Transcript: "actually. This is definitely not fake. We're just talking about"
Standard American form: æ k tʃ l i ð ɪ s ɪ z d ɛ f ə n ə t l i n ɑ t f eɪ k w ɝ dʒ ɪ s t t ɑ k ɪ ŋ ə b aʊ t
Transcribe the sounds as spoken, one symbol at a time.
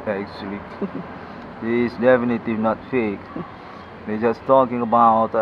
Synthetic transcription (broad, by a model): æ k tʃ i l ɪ ɪ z d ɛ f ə n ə t i n ɑ t f eɪ k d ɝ dʒ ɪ s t t ɑ k ɪ ŋ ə b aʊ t